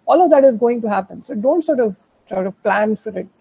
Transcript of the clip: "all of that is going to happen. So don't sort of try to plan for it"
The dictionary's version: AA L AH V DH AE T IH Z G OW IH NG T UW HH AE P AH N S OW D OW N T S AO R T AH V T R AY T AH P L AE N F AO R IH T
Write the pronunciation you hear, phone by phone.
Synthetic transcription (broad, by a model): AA L AH V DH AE T IH Z G OW IH NG T UW HH AE P AH N S OW D OW N T S AO R T AH V S R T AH P L AE N F AO R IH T